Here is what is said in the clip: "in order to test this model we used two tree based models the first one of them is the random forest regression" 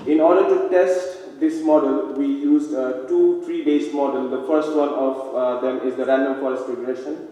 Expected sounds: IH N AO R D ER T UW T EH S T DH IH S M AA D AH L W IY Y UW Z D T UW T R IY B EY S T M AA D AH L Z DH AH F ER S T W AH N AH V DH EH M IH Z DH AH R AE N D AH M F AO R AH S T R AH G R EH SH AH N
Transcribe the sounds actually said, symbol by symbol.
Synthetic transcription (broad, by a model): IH N AO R D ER T UW T EH S T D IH S M AA D AH L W IY Y UW Z D T UW T R IY B EY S M AA D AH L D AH F ER S T W AH N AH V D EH M IH Z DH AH R AE N D AH M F AO R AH S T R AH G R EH SH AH N